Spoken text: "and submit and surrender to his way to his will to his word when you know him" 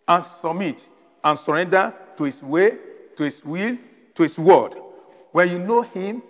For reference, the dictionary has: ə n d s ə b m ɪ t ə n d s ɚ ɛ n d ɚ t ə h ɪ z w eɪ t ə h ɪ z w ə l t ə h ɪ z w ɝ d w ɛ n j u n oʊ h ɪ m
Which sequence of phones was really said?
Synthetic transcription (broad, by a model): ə n s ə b m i t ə n s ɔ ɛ n d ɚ t ə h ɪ s w eɪ t ə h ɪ s w ə l t ə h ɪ s w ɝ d w ɛ n j u n oʊ h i m